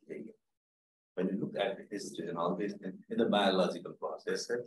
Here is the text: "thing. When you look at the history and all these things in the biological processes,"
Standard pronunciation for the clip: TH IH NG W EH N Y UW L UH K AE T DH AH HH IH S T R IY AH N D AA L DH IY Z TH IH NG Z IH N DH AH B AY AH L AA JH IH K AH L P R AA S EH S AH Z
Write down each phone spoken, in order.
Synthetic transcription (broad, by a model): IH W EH N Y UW L UH K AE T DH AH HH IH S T IY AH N AA L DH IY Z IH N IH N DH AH B AY AH L AA JH IH K AH L P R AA S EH S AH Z